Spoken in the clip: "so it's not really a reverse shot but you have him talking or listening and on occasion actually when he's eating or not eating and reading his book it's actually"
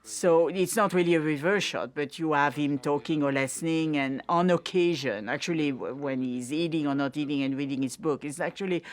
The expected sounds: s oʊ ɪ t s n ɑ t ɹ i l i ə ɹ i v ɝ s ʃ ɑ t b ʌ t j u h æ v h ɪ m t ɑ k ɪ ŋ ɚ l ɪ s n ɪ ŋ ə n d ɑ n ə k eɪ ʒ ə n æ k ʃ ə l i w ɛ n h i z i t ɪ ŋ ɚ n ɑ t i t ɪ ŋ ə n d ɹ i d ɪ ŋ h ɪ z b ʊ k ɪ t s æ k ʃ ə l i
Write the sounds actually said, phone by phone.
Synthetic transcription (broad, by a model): s oʊ ɪ t s n ɑ t ɹ i l i ə ɹ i v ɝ ʃ ɑ t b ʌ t j u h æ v h ɪ m t ɑ k ɪ ŋ ɚ l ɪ s n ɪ ŋ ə n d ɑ n ə k eɪ ʒ ə n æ k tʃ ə l i w ɛ n h i z i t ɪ ŋ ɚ n ɑ t i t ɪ ŋ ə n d ɹ i d ɪ ŋ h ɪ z b ʊ k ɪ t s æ k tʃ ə l i